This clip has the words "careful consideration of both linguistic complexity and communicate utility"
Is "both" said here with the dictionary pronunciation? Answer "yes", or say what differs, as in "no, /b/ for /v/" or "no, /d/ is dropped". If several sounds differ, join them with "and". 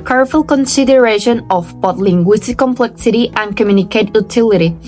no, /t/ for /θ/